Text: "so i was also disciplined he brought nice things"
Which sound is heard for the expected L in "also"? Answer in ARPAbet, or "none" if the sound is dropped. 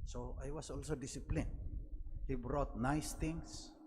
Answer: L